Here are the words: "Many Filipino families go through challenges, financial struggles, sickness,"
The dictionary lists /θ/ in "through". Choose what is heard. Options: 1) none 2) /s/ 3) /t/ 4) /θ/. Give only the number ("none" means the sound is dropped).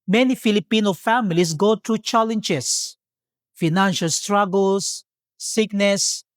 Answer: 3